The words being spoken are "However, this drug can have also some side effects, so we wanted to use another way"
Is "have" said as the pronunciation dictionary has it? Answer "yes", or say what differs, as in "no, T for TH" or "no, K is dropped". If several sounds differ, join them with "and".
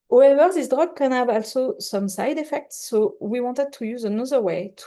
no, B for V